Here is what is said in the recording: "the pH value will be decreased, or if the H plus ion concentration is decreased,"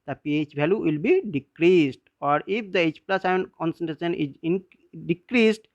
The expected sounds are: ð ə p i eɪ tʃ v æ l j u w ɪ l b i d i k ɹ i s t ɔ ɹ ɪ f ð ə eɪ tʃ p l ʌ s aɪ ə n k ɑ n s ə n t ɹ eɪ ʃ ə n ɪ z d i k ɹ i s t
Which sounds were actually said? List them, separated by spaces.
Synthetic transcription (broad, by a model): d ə p i eɪ tʃ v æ l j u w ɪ l b i d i k ɹ i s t ɔ ɹ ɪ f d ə eɪ tʃ p l ʌ s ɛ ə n k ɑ n s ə n t ɹ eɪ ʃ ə n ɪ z d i k ɹ i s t